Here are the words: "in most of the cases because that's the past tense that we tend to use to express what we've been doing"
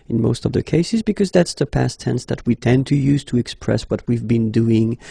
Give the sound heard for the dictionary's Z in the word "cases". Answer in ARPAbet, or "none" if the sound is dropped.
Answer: Z